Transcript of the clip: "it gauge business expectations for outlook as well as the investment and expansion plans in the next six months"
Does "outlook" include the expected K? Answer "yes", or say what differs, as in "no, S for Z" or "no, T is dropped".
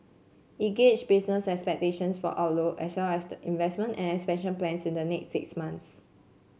no, K is dropped